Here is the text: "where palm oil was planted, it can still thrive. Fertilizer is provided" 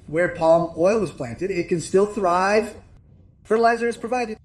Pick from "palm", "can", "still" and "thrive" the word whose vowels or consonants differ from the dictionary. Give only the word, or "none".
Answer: none